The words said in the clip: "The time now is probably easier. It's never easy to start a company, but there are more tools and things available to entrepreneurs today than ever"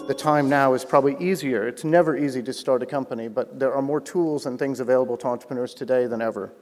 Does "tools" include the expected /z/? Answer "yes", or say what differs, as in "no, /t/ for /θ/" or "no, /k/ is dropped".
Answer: yes